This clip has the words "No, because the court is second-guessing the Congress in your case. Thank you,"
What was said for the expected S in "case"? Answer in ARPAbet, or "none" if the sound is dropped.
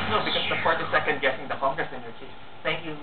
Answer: none